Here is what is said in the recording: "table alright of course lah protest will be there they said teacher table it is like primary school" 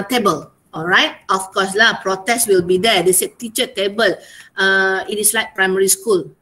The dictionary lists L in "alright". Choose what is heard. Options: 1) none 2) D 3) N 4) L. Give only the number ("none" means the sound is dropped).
4